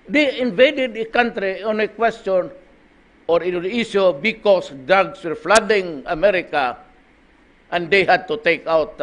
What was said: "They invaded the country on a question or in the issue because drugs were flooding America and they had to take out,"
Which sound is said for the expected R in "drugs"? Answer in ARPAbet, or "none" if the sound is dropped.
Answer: none